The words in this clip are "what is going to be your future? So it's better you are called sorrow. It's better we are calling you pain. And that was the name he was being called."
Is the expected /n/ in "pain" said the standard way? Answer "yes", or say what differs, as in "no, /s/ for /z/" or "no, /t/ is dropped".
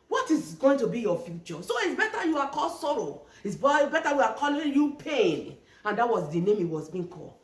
yes